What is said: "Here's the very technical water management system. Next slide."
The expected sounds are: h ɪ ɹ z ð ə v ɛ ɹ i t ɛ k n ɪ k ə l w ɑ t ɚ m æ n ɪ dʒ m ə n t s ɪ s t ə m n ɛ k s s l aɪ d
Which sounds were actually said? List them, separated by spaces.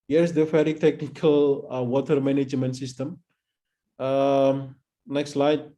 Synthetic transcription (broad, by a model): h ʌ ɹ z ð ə f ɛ ɹ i t ɛ k n ɪ k ə l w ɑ t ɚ m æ n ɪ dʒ m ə n t s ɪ s t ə m n ɛ k s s l aɪ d